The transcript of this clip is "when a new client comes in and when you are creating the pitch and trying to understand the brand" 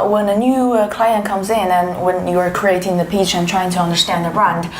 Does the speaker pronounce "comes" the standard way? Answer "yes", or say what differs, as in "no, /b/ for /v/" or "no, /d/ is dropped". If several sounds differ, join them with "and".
yes